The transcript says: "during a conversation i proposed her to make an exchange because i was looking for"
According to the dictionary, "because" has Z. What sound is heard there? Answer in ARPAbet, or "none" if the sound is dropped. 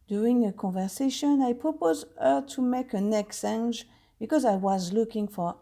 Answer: Z